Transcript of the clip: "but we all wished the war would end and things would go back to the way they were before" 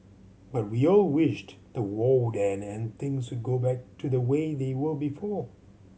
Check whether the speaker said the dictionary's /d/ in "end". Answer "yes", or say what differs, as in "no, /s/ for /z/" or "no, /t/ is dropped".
no, /d/ is dropped